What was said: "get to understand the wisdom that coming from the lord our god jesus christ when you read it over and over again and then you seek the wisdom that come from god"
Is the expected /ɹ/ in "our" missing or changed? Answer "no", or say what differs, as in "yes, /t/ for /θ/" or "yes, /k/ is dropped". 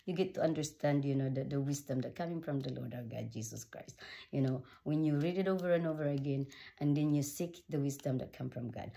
yes, /w/ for /ɹ/